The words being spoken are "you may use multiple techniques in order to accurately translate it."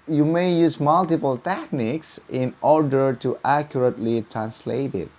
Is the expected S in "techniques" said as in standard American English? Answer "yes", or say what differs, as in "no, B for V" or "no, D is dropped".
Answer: yes